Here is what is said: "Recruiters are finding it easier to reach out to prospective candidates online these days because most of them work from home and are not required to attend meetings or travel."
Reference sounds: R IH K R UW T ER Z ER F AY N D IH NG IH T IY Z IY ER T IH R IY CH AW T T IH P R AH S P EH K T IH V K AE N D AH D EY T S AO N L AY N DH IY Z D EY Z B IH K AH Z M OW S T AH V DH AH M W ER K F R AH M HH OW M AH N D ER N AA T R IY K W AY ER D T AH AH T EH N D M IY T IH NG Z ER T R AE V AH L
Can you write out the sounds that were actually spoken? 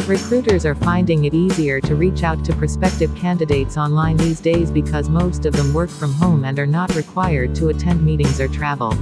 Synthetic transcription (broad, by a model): R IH K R UW T ER Z ER F AY N D IH NG IH T IY Z IY ER T IH R IY CH AW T T IH P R S P EH K T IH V K AE N D AH D EY T S AO N L AY N DH IY Z D EY Z B IH K AH Z M OW S T AH V DH AH M W ER K F R AH M HH OW M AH N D ER N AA T R IY K W AY ER D T AH AH T EH N D M IY T IH NG Z ER T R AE V L